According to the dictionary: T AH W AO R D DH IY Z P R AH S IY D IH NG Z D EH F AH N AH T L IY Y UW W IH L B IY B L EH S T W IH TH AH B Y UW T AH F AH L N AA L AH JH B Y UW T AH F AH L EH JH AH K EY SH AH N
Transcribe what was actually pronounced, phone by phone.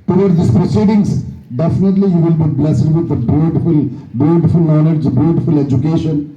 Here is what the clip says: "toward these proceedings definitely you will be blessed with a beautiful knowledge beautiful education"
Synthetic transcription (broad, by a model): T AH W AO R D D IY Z P R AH S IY D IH NG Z D EH F AH N AH T L IY Y UW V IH L B IY B L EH S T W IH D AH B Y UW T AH F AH L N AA N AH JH B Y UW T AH F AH L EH JH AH K EY SH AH N